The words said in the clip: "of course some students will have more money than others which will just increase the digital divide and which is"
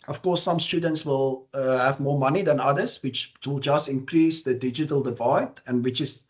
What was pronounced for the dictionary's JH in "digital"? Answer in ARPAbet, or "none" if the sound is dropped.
JH